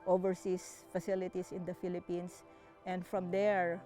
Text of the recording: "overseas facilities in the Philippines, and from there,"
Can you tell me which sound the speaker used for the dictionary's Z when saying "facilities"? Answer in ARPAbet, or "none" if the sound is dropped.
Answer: S